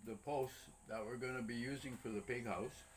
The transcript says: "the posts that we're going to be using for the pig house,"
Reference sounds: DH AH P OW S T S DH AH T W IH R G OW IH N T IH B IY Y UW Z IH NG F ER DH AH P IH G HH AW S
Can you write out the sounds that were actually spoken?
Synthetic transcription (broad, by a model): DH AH P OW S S DH AH T W IH R G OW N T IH B IY Y UW Z IH NG F ER DH AH P IH G HH AW S